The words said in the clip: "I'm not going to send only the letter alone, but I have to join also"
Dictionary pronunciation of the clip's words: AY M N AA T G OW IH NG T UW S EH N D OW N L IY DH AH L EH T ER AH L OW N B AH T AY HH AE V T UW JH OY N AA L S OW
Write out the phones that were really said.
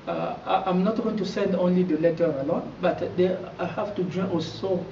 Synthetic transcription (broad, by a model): AY M N AA T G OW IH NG T UW S EH N D OW N L IY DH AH L EH T ER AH L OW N B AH T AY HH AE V T UW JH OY AA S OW